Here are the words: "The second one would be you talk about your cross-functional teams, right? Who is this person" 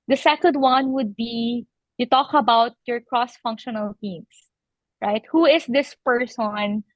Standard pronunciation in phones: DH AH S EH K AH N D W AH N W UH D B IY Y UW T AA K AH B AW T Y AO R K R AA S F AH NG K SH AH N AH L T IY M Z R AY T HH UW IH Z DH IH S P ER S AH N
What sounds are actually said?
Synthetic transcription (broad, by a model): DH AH S EH K AH N D W AH N W UH D B IY Y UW T AA K AH B AW T Y AO R K R AA S F AH NG K SH AH N AH L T IY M S R AY T HH UW IH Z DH IH S P ER S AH N